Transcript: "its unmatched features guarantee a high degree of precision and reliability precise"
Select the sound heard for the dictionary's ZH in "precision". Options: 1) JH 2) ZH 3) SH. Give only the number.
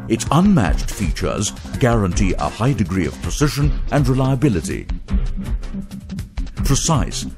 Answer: 3